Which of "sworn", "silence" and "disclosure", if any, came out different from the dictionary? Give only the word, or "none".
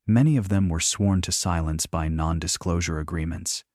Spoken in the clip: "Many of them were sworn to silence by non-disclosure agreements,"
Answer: none